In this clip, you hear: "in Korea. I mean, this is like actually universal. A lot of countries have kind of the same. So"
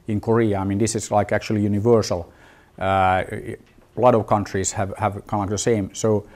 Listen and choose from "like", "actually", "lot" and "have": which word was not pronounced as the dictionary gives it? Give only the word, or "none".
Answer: none